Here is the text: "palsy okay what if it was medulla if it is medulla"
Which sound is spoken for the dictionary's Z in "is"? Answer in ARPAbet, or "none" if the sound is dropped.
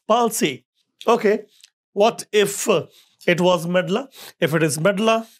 Z